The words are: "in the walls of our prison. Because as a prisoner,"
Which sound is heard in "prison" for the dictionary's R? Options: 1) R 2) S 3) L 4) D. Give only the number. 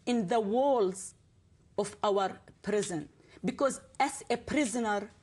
1